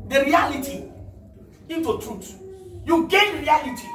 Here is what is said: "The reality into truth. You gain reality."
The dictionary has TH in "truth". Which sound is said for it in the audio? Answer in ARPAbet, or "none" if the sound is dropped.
T